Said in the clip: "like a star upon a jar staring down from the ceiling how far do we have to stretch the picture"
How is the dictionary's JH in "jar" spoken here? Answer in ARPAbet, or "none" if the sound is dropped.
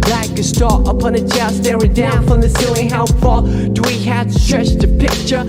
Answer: CH